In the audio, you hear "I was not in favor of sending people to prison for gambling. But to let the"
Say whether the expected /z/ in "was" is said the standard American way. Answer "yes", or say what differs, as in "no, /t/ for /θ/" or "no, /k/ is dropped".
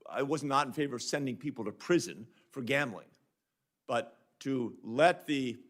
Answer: yes